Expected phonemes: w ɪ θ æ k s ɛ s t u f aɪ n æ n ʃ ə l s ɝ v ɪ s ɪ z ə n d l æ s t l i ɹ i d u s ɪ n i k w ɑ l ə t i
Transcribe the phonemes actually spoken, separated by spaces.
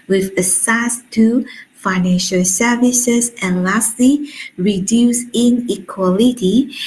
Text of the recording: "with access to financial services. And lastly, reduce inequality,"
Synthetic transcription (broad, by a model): w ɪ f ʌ s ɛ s t u f aɪ n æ n ʃ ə l s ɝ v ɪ s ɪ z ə n l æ s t l i ɹ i d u s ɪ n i k w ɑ l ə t i